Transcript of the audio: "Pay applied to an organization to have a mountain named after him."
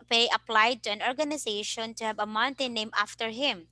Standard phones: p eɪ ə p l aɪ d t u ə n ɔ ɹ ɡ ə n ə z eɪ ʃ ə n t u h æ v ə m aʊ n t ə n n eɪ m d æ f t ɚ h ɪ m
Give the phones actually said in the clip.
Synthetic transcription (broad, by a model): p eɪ ə p l aɪ d t u ə n ɔ ɹ ɡ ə n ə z eɪ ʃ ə n t u h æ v ə m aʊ n t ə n n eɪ m æ f t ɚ h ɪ m